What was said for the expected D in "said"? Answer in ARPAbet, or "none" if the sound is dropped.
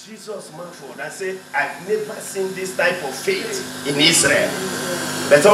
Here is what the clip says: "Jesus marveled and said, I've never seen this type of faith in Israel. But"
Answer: none